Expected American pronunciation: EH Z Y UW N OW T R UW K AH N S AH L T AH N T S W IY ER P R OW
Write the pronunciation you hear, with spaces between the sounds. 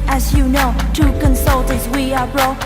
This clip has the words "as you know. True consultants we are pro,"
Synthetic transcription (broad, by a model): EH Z Y UW N OW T UW K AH N S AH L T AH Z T W IY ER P R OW